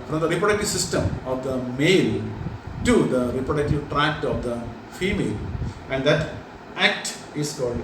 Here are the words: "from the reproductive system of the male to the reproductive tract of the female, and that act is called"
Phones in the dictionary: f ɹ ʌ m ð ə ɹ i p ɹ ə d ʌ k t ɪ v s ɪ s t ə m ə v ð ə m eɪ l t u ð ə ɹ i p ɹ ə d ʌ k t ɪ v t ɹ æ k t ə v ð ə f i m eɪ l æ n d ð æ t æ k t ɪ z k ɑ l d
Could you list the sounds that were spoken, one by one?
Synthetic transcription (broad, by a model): f ɹ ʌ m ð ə ɹ i p ɹ ə d ʌ k t ɪ v s ɪ s t ə m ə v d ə m eɪ l t u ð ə ɹ i p ɹ ə d ʌ k t ɪ v t ɹ æ k t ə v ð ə f i m eɪ l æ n d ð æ t æ k t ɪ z k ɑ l d